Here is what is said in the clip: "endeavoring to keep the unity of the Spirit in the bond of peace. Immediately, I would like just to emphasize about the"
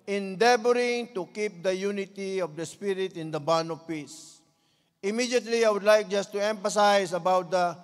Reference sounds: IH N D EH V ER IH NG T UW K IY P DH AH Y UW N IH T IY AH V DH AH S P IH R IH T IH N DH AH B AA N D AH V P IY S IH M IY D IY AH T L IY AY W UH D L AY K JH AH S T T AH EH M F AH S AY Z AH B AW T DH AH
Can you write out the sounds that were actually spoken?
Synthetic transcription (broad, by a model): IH N D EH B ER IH NG T UW K IY P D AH Y UW N IH T IY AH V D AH S P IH R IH T IH N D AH B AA N AH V P IY S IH M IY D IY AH T L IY AY W UH D L AY K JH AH S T T AH EH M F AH S AY S AH B AW T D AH